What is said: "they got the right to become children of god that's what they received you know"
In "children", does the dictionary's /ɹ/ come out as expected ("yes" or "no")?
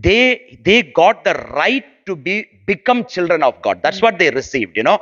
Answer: yes